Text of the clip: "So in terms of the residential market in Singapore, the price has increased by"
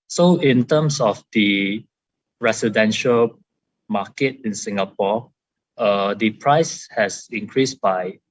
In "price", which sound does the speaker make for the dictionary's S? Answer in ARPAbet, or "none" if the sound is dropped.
S